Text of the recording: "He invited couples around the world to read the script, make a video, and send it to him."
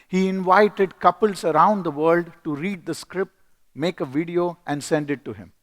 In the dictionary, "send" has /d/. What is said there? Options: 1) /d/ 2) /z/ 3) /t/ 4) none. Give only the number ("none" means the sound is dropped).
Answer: 1